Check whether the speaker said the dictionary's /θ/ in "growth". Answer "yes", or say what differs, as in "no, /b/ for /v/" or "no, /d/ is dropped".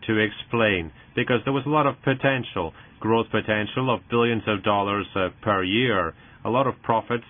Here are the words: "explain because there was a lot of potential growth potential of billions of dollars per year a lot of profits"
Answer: yes